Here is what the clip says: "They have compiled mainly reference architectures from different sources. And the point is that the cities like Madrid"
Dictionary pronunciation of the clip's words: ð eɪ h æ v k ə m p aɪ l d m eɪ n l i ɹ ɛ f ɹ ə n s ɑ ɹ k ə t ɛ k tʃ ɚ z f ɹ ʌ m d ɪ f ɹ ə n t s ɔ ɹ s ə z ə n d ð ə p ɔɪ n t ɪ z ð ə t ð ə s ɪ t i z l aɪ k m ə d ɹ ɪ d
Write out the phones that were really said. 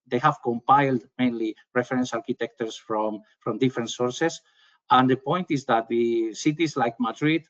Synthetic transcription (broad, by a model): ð eɪ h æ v k ə m p aɪ l d m eɪ n l i ɹ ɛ f ɹ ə n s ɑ ɹ k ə t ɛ k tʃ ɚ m f ɹ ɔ m d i f ɹ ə n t s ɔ ɹ s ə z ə n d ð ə p ɔɪ n t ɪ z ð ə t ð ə s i t i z l aɪ k m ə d ɹ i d